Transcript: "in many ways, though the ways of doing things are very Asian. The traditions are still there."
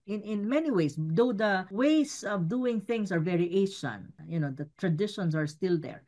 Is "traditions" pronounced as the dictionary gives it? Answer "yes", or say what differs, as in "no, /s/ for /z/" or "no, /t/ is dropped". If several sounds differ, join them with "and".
no, /s/ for /z/